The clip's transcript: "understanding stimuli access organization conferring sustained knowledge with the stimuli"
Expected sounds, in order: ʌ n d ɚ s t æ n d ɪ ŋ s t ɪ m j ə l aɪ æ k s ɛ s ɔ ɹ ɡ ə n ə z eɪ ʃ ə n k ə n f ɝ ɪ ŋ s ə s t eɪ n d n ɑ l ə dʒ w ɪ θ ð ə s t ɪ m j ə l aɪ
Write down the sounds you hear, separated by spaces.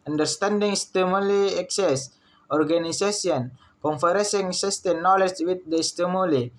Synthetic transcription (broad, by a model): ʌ n d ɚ s t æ n d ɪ ŋ s t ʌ m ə l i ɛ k s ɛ s ɔ ɹ ɡ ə n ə s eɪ s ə n k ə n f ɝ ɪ ŋ s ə s t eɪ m n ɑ l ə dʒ w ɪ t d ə s t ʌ m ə l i